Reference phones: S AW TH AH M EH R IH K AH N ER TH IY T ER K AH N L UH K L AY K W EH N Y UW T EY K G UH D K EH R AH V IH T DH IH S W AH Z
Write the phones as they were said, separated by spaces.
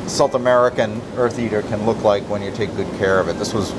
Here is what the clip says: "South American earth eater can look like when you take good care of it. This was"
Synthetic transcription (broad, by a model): S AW TH AH M EH R IH K AH N ER TH IY T ER K AH N L UH K L AY K W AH N Y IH T EY K G UH D K EH R AH V IH T DH IH S W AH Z